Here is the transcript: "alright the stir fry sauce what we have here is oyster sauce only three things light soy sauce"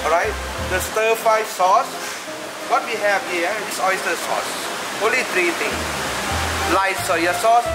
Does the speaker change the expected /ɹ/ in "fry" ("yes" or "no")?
yes